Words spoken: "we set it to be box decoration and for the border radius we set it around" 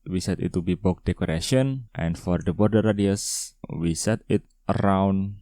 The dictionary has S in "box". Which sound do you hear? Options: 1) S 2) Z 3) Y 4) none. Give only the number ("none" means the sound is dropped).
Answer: 4